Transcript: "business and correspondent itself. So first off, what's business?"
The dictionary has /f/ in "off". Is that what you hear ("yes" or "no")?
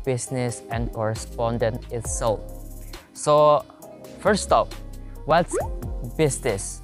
no